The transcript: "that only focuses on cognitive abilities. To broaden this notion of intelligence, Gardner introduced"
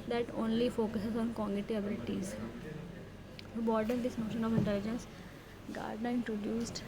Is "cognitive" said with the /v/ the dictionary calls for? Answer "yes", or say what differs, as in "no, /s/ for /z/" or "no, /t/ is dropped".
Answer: no, /v/ is dropped